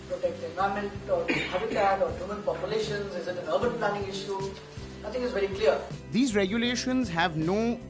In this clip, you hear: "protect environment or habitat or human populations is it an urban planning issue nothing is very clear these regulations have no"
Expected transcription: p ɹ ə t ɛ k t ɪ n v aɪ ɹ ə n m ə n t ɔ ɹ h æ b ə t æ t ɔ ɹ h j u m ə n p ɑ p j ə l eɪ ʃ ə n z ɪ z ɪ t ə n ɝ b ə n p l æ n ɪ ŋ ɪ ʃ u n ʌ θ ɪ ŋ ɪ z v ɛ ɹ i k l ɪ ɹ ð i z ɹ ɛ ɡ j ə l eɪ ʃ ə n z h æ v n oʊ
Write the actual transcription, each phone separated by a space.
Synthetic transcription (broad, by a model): p ɹ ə t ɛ k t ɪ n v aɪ ə m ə n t ɔ ɹ h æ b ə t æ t ɔ ɹ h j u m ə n p ɑ p j ə l eɪ ʃ ə n z ɪ z ɪ t ə n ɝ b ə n p l æ n ɪ ŋ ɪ ʃ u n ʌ t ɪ ŋ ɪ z v ɛ ɹ i k l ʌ ɹ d i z ɹ ɛ ɡ j ə l eɪ ʃ ə n z h æ v n oʊ